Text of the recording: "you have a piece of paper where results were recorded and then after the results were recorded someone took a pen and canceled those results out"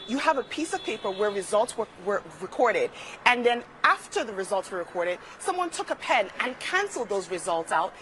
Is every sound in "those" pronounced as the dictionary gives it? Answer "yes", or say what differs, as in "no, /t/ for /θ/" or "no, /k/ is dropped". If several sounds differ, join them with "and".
yes